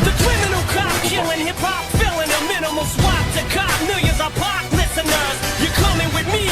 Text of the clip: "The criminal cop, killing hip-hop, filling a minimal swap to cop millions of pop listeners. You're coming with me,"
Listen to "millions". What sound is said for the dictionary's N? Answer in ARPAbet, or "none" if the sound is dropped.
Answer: none